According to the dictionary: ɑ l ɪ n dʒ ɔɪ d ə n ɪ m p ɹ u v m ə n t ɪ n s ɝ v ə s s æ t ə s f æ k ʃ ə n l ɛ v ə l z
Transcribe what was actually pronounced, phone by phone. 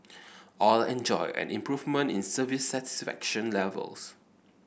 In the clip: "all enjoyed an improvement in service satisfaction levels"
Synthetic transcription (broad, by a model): ɑ l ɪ n dʒ ɔɪ ə n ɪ m p ɹ u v m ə n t ɪ n s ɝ v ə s s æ t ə s f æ k ʃ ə n l ɛ v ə l s